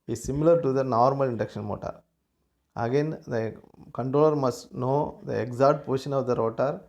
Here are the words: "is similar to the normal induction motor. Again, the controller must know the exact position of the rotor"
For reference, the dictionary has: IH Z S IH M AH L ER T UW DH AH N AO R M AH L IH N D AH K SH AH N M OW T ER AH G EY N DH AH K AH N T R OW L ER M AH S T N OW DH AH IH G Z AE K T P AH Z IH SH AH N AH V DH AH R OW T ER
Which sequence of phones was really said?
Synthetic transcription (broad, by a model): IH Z S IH M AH L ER T UW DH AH N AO R M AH L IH N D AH K SH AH N M OW T ER AH G EY N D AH K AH N T R OW L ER M AH S T N OW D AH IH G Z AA T P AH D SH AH N AH V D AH R OW T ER